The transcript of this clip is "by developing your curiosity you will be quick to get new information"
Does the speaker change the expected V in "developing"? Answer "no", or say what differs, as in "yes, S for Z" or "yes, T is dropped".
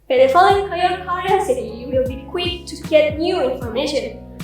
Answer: yes, F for V